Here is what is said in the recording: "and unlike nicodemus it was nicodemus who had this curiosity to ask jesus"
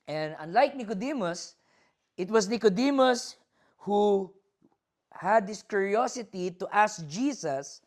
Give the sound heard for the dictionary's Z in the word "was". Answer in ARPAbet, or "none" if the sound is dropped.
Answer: S